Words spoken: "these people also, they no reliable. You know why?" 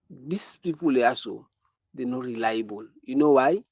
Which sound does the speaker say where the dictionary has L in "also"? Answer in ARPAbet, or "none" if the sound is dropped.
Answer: none